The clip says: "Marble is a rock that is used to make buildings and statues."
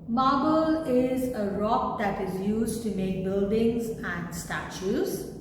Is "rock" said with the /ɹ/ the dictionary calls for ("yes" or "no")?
yes